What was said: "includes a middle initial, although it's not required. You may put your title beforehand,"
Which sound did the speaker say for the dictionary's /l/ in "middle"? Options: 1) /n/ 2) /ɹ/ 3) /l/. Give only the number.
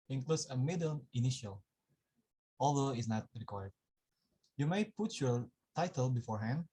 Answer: 1